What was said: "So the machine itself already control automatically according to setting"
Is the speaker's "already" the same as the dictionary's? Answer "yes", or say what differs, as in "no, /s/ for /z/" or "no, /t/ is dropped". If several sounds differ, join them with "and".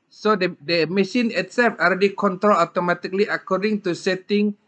no, /l/ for /ɹ/